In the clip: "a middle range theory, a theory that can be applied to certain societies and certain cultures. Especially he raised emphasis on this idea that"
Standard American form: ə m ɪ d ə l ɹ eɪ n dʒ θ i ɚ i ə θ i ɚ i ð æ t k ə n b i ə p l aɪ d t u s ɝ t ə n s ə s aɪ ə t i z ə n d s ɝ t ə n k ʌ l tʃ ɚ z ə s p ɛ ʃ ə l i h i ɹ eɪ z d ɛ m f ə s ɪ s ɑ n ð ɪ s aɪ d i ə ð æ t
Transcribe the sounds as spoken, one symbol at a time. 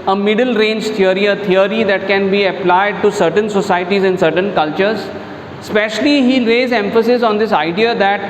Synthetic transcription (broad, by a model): ə m ɪ d ə l ɹ eɪ n dʒ t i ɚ i ə t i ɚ i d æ t k ə n b i ə p l aɪ d t u s ɝ t ə n s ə s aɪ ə t i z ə n s ɝ t ə n k ʌ l tʃ ɚ z s p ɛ ʃ ə l i h i ɹ eɪ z ɛ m f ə s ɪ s ɑ n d ɪ s aɪ d i ə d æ t